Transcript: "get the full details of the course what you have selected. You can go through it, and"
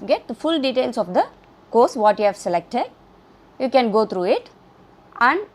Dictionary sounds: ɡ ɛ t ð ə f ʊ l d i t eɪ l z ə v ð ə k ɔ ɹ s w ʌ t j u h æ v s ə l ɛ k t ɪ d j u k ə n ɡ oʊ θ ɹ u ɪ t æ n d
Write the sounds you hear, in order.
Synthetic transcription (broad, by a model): ɡ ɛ t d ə f ʊ l d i t eɪ l s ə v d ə k ɔ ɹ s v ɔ t j u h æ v s ə l ɛ k t ɪ d j u k ə n ɡ oʊ t ɹ u ɪ t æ n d